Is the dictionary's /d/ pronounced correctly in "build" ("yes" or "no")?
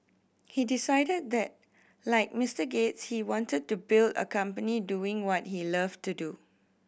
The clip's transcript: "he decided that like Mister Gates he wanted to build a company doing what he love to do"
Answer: yes